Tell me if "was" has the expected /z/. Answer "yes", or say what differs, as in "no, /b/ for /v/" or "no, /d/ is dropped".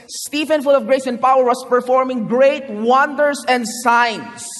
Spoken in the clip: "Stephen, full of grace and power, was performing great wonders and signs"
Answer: no, /s/ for /z/